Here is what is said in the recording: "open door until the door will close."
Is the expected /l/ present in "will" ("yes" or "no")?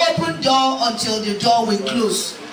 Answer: no